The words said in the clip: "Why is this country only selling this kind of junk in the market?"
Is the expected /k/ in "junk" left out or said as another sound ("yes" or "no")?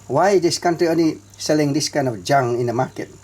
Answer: yes